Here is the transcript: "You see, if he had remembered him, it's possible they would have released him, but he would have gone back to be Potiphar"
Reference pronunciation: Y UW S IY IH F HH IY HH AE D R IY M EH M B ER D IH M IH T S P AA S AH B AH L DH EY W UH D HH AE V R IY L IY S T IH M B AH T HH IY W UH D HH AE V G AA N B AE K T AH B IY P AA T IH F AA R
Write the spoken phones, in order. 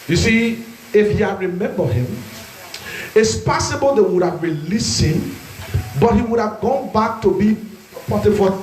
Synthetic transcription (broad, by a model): Y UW S IY IH F HH IY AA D R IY M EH M B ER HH IH M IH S P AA S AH B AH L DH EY W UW D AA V R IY L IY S IH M B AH T HH IY W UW D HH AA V G AA N B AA K T AH B IY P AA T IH F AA